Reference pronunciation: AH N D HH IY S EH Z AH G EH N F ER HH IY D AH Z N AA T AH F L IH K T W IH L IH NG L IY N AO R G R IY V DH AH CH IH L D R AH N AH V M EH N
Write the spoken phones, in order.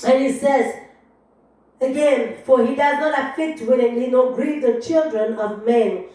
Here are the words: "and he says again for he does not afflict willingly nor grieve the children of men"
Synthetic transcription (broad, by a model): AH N HH IY S EH Z AH G EH N F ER HH IY D AH Z N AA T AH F IH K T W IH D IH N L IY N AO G R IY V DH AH CH IH L D R AH N AH V M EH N